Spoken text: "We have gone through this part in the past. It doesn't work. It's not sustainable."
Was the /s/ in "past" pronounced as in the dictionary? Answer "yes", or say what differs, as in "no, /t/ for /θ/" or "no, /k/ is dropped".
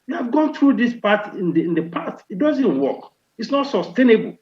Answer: no, /s/ is dropped